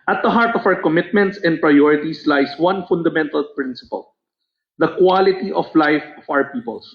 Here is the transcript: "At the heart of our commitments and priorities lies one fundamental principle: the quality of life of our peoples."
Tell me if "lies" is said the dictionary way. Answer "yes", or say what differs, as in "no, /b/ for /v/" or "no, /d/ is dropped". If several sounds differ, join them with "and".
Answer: no, /s/ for /z/